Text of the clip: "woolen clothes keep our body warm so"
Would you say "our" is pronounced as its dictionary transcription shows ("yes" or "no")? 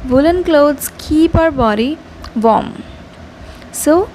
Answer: yes